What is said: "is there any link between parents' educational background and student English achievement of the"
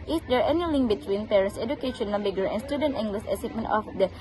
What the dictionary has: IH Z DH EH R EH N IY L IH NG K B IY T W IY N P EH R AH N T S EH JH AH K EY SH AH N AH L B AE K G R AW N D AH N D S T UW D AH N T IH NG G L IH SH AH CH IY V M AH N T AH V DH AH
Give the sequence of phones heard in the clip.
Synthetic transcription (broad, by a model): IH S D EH R EH N IY L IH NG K B IY T W IY N P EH R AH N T S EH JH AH K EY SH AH N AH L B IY G AH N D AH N S T UW D AH N T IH NG G L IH S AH S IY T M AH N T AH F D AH